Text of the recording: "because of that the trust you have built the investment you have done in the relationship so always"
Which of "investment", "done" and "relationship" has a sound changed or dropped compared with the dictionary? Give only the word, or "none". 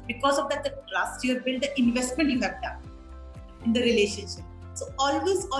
done